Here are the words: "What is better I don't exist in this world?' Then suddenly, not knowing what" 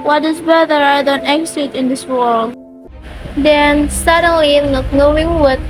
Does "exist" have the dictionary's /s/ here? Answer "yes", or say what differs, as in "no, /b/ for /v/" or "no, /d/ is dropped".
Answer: no, /s/ is dropped